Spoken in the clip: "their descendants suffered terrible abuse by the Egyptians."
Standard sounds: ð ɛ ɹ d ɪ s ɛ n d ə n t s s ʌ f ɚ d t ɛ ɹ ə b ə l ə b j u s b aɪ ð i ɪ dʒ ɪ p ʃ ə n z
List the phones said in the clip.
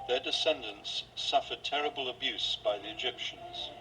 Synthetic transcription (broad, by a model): ð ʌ ɹ d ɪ s ɛ n d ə n t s s ʌ f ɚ d t ɛ ɹ ə b ə l ə b j u s b aɪ ð i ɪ dʒ ɪ p ʃ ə n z